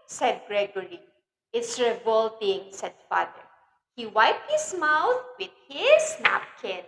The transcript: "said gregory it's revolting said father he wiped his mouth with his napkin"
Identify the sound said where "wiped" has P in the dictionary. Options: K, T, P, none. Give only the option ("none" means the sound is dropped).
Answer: P